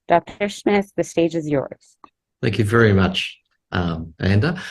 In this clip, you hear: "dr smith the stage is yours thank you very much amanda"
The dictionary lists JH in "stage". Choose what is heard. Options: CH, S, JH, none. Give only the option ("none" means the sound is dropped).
JH